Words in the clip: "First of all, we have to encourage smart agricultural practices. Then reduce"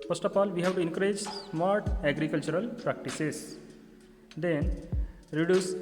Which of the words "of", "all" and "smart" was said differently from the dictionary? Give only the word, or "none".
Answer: of